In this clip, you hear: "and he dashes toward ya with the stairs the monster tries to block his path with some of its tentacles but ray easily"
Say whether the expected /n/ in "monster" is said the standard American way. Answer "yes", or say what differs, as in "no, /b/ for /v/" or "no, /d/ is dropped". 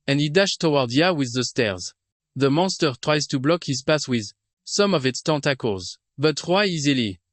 yes